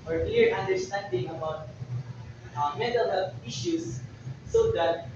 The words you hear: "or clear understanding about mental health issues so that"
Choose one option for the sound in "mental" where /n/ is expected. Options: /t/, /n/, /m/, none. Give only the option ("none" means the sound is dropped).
none